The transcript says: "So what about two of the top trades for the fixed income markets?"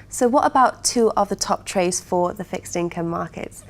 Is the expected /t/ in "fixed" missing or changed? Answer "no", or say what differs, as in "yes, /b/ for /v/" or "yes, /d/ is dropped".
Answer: no